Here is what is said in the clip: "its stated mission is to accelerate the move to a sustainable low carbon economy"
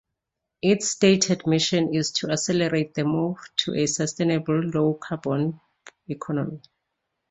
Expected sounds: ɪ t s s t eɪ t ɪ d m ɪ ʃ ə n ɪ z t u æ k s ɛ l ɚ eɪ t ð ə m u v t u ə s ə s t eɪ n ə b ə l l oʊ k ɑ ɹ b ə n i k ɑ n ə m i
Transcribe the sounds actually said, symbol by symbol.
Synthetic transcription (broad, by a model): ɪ t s s t eɪ t ɪ d m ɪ ʃ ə n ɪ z t u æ s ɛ l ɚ eɪ t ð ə m u v t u ə s ə s t eɪ n ə b ə l l oʊ k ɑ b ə n i k ɑ n ə m i